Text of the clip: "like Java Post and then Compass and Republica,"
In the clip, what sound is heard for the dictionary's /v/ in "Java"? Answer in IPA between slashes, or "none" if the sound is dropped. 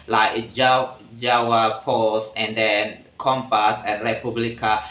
/w/